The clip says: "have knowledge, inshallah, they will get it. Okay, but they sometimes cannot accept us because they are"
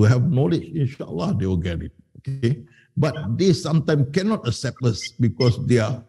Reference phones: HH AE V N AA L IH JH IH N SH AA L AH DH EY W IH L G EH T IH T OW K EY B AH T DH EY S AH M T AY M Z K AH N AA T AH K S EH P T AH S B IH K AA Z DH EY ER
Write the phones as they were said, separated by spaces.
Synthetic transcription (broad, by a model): HH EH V N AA L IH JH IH N SH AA L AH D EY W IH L G EH T IH T OW K EY B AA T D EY S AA M T AY M K AH N AA T AH K S EH P T AH S B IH K AA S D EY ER